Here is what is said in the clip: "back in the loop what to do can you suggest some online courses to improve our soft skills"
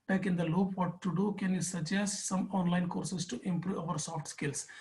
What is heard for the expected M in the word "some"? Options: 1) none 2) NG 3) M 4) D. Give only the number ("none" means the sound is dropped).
3